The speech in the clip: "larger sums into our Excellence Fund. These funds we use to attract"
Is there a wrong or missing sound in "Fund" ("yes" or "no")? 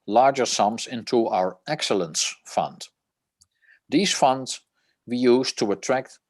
no